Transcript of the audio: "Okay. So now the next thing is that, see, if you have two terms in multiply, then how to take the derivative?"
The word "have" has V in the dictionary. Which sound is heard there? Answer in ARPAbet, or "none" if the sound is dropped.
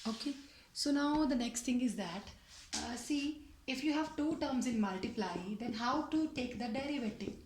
V